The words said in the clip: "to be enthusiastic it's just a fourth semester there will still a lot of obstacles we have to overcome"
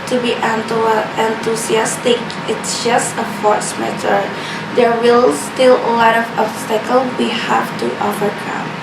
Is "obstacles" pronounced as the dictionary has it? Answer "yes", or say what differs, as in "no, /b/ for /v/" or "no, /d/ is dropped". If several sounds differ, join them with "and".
no, /k/ is dropped